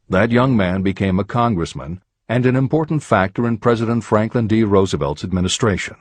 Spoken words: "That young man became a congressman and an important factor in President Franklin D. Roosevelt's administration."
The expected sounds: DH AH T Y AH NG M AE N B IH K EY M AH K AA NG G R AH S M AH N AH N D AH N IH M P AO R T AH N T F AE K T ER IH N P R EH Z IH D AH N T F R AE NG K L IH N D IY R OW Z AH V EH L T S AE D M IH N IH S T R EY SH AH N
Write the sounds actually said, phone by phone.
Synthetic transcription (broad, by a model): DH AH T Y AH NG M AE N B IH K EY M AH K AA NG G R AH S M AH N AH N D AH N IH M P AO R T N T F AE K T ER IH N P R EH Z IH D AH N T F R AE NG K L IH N D IY R OW Z AH V EH L T S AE D M IH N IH S T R EY SH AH N